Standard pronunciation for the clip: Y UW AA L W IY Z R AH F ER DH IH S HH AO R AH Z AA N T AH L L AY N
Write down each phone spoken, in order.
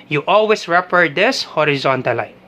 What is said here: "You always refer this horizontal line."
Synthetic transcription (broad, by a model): Y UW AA L W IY S R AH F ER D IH S HH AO R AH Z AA N T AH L L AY